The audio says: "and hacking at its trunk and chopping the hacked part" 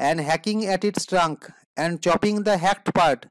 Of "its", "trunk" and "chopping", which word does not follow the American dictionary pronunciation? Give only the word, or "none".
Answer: none